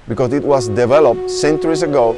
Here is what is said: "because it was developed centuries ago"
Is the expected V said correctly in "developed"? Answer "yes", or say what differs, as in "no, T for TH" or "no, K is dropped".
yes